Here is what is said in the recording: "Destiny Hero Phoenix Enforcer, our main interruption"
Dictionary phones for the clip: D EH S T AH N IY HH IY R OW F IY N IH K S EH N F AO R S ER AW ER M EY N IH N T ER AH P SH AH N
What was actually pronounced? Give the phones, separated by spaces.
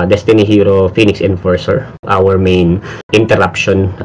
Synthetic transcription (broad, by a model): D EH S T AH N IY HH IY R OW F IY N IH K S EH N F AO R S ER AW ER M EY N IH N T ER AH P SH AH N